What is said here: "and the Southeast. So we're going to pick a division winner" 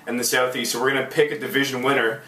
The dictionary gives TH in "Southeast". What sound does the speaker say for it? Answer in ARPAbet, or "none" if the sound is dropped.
TH